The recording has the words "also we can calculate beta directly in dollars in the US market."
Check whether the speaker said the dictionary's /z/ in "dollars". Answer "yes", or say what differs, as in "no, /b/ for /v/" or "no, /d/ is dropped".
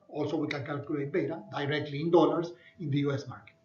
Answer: no, /s/ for /z/